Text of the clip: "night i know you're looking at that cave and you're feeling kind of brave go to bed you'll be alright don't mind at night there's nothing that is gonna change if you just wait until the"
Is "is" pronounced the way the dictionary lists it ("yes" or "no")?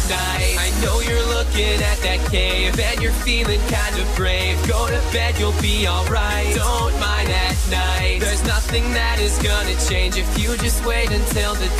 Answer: yes